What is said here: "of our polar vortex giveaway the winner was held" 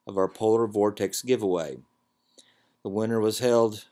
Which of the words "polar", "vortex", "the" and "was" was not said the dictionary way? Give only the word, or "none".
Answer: none